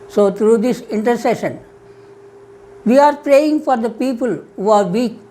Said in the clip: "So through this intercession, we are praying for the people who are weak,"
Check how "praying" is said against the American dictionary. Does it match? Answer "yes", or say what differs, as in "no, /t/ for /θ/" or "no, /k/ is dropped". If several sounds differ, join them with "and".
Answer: yes